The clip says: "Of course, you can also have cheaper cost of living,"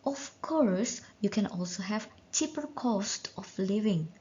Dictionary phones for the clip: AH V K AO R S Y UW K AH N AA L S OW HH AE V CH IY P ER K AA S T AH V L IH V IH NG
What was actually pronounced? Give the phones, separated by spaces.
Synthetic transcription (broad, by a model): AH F K AO R S Y UW K AH N AA L S OW HH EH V CH IY P ER K AA S T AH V L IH V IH NG